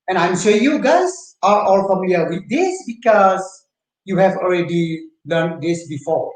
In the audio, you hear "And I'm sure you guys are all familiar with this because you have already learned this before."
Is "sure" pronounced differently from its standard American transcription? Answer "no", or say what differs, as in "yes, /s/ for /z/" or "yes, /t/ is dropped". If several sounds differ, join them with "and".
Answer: yes, /s/ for /ʃ/